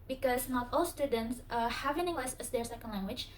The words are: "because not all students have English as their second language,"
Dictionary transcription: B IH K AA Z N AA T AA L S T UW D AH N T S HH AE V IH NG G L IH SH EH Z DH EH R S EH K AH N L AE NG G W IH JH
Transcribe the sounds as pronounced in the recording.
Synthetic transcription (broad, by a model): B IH K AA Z N AA T AA L S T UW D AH N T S HH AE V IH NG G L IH S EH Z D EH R S EH K AH N L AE NG G W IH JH